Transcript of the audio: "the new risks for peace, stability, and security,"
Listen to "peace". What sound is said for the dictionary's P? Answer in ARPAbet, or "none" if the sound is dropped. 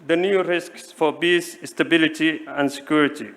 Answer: B